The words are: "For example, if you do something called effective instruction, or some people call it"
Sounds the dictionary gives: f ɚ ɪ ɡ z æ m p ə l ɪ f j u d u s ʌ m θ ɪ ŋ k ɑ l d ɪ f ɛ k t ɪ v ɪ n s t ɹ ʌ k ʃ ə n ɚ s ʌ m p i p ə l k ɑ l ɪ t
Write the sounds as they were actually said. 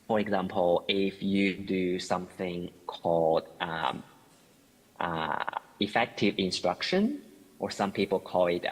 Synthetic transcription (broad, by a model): f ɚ ɪ ɡ z æ m p ə l ɪ f j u d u s ʌ m θ ɪ ŋ k ɑ l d ɪ f ɛ k t ɪ v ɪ n s t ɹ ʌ k ʃ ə n ɚ s ʌ m p i p ə l k ɑ l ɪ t